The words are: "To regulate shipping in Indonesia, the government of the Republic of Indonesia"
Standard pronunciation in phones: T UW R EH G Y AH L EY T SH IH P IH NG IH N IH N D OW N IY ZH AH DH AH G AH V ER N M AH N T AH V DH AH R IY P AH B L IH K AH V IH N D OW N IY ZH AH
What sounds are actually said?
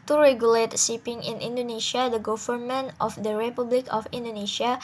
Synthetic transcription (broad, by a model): T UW R EH G Y AH L EY T S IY P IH NG IH N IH N D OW N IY SH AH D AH G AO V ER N M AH N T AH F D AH R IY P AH B L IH K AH F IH N D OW N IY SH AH